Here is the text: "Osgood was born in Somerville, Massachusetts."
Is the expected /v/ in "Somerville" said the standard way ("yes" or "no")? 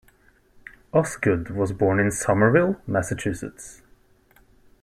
yes